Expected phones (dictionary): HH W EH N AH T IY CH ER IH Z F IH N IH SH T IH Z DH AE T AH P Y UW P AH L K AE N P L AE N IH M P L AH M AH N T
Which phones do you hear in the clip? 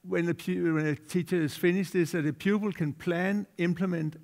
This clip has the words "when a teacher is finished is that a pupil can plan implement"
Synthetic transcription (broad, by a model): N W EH N AH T IY CH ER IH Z F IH N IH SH IH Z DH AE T AH P Y UW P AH L K AE N P L AE N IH M P L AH M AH N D